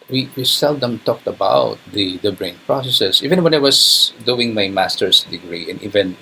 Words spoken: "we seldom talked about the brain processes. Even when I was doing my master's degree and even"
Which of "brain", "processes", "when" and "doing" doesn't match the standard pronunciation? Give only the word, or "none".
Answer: processes